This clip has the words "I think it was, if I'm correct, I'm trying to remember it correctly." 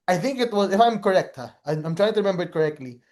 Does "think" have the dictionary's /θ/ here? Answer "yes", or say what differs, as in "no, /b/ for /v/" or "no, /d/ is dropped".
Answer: yes